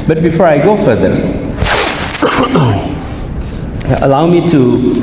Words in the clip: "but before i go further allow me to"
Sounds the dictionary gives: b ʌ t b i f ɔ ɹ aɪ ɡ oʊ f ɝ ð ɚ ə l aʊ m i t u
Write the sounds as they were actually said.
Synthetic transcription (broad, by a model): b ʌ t b i f ɔ ɹ aɪ ɡ oʊ f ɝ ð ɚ ə l aʊ m i t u